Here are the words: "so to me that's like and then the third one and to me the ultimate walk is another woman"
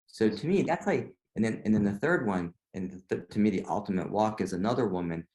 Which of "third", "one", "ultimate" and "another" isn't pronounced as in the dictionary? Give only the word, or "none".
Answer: none